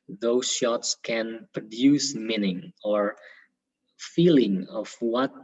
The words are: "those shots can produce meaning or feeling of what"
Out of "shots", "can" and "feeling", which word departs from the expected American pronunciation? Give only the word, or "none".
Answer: none